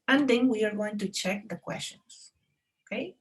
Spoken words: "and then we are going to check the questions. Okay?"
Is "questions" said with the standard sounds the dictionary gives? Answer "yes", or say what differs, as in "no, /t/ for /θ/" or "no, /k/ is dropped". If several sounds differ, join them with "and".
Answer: no, /s/ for /z/